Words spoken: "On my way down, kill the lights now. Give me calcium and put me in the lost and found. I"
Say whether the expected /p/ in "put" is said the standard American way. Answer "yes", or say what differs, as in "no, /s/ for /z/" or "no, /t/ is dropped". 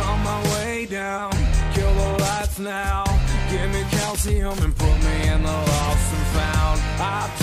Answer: yes